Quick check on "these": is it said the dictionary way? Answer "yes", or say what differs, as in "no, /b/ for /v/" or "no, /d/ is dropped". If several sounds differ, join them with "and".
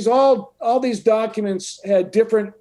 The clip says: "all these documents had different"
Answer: yes